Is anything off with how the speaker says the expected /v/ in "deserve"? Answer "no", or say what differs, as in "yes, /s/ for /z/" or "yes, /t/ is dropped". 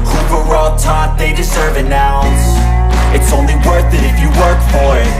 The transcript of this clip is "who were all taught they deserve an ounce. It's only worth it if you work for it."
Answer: no